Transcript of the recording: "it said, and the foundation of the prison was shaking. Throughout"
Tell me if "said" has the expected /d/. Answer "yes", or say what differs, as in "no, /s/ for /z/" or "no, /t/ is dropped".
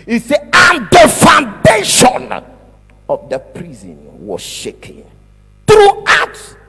no, /d/ is dropped